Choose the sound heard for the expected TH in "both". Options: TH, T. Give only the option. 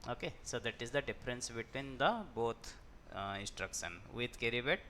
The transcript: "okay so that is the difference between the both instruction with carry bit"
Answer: T